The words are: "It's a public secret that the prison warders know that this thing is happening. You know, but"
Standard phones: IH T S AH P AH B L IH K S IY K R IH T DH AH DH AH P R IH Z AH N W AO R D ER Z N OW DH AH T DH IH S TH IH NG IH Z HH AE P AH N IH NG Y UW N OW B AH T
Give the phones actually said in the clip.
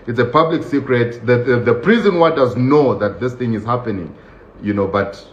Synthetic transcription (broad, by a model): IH T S AH P AH B L IH K S IY K R IH T DH AH DH AH P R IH Z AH N W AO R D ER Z N OW DH AH T DH IH S TH IH NG IH Z HH AE P AH N IH NG Y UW N OW B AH T